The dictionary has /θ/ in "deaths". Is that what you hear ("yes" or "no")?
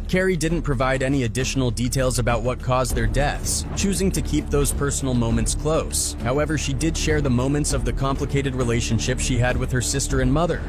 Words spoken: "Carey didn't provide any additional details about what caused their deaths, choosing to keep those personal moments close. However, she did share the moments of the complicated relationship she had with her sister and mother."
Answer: yes